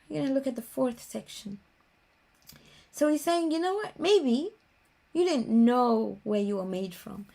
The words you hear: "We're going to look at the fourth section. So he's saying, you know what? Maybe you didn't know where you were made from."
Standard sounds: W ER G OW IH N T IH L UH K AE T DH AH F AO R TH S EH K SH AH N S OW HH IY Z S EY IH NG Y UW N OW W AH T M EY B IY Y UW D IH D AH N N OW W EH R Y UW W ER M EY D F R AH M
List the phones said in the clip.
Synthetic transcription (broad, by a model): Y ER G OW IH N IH L UH K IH T DH AH F AO R TH S EH K SH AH N S OW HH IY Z S EY IH NG Y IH N OW W AH T M EY B IY Y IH D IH D N N OW W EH R Y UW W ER M EY D F R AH M